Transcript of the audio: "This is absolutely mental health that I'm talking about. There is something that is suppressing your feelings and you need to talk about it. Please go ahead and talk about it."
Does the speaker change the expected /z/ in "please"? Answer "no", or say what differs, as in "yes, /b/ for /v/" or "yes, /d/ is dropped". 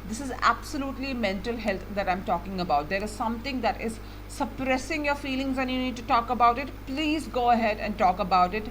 no